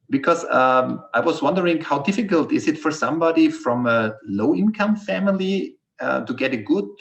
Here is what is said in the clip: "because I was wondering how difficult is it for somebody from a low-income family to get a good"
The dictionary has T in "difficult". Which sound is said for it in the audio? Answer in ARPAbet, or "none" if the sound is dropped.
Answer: T